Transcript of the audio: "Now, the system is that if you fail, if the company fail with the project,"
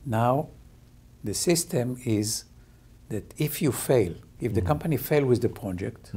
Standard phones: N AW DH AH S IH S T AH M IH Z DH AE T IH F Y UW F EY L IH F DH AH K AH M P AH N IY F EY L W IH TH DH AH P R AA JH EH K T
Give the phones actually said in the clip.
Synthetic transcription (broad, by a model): N AW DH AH S IH S T AH M IH Z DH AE T IH F Y UW F EY L IH F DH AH K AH M P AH N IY F EY L W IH DH AH P R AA JH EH K T